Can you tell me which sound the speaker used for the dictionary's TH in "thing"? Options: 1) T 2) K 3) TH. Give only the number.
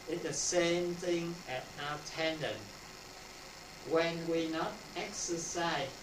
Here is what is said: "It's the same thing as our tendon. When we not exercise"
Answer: 3